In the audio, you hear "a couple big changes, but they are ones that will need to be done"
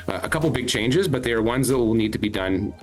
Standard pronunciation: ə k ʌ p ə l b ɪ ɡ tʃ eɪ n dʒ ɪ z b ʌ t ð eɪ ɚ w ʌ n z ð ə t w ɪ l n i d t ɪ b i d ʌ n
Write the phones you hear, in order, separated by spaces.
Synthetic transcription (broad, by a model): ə k ʌ p l b ɪ ɡ tʃ eɪ n dʒ ɪ z b ʌ t ð ɚ w ʌ n z ð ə t w ɪ l n i d t ɪ b i d ʌ n